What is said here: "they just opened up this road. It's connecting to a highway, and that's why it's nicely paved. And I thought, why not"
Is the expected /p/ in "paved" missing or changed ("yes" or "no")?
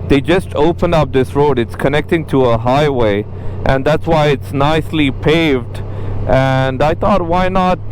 no